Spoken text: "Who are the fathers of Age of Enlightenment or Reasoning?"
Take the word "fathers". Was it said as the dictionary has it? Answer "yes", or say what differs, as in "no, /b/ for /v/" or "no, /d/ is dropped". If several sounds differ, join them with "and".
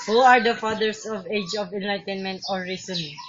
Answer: no, /s/ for /z/